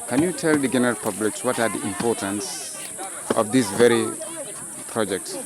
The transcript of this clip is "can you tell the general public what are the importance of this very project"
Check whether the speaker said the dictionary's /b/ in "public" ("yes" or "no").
yes